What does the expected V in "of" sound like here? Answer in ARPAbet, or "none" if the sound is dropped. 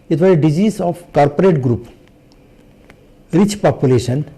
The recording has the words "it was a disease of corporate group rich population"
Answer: P